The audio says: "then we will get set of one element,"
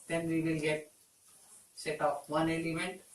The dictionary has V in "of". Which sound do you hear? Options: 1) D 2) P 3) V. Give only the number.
2